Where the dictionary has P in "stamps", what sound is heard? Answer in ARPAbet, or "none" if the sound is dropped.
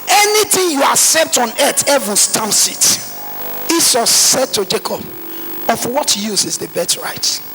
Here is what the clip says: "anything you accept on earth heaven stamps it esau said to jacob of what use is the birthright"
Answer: none